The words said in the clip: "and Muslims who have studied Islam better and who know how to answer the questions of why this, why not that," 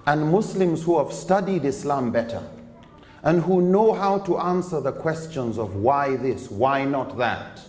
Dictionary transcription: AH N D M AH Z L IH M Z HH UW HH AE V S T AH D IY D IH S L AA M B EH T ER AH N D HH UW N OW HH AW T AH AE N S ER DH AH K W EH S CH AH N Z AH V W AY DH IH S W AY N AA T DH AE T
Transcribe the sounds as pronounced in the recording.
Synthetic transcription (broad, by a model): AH N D M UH S L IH M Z HH UW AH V S T AH D IY D IH S L AA M B EH T ER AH N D HH UW N OW HH AW T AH AE N S ER DH AH K W EH S CH AH N Z AH V W AY DH IH S W AY N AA T DH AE T